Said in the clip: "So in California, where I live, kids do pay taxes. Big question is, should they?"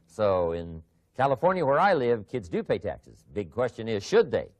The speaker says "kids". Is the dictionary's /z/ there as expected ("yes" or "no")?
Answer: yes